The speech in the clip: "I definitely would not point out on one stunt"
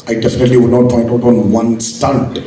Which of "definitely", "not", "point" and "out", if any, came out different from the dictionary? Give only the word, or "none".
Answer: point